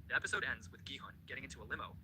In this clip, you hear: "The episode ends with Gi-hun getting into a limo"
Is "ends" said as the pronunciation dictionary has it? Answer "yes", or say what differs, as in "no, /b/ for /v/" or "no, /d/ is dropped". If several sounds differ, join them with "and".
yes